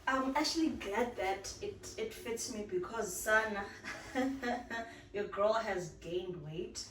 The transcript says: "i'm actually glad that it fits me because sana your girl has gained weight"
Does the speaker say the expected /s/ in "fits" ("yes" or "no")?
yes